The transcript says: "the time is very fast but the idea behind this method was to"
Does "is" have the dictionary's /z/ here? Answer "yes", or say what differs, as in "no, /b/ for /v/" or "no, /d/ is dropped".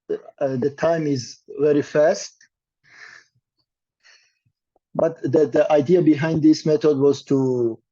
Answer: yes